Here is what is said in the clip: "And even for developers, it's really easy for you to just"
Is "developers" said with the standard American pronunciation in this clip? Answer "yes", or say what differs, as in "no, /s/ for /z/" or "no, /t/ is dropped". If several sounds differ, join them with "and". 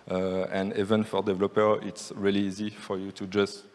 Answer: no, /z/ is dropped